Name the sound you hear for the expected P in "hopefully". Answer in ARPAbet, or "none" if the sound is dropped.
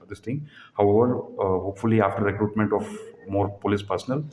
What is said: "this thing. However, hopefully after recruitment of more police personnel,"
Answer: P